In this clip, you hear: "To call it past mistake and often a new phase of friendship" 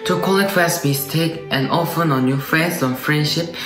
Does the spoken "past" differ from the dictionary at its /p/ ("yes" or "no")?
yes